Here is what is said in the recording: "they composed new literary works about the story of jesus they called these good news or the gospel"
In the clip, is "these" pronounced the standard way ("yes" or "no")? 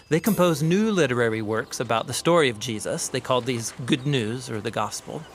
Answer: yes